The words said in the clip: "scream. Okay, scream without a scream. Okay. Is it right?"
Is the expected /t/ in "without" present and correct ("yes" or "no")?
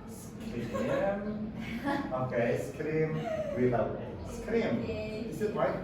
no